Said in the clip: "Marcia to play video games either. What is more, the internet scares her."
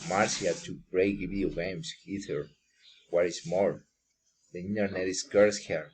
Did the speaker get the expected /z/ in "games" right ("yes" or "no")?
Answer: no